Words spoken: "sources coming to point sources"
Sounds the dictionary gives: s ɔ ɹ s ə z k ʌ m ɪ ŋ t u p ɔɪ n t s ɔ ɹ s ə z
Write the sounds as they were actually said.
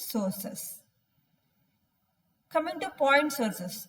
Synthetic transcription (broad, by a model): s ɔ ɹ s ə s k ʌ m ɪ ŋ t u p ɔɪ n t s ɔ ɹ s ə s